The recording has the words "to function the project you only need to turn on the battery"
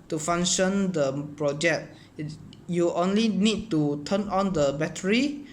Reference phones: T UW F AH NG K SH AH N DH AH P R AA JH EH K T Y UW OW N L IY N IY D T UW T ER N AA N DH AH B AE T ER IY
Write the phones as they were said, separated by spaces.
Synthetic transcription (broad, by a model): T UW F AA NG SH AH N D AH P R AA JH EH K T Y UW OW N L IY N IY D T UW T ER N AA N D AH B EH T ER IY